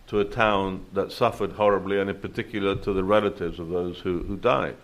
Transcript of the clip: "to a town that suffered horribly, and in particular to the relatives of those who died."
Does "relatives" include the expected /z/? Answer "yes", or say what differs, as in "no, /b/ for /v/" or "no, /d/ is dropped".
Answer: yes